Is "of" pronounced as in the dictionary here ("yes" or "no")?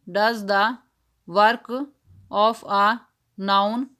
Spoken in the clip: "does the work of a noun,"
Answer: no